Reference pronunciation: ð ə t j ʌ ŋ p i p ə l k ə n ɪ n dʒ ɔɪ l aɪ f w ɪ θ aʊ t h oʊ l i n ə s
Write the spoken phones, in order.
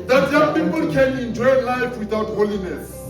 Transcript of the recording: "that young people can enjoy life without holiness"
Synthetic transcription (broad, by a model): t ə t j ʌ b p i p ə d k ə l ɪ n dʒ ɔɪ l aɪ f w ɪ t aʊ t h oʊ l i n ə s